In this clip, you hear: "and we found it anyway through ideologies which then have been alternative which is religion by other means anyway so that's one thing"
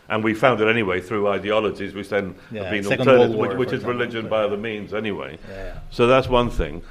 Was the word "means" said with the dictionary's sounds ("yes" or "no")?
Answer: yes